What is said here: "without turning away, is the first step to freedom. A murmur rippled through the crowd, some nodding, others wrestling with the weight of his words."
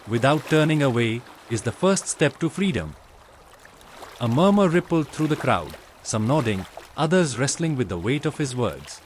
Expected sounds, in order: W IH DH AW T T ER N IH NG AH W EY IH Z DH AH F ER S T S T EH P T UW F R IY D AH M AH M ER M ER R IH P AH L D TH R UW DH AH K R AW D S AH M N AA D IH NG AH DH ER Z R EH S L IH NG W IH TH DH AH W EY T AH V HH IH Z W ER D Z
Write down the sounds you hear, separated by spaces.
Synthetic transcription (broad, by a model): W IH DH AW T T ER N IH NG AH W EY IH Z DH AH F ER S T S T EH P T UW F R IY D AH M AH M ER M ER R IH P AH L D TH R UW DH AH K R AW D S AH M N AA D IH NG AH DH ER Z R EH S L IH NG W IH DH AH W EY T AH V HH IH Z W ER D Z